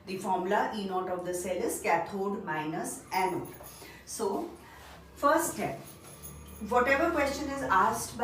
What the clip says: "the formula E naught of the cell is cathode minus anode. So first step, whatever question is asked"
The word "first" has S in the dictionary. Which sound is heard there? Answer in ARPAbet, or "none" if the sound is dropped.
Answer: none